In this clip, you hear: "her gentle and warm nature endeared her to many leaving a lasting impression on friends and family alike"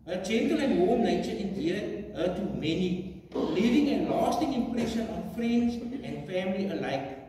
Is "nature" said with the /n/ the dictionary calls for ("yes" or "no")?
no